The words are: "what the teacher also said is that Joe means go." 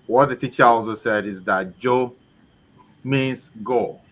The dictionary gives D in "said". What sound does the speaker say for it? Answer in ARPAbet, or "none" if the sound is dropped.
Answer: D